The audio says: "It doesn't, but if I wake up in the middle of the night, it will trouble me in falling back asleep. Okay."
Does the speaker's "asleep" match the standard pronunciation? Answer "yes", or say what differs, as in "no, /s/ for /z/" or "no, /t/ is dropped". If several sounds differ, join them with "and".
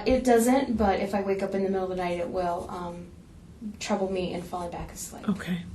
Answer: no, /p/ is dropped